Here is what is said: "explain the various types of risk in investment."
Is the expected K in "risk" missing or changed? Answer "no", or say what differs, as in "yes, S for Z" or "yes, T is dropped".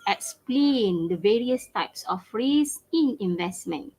yes, K is dropped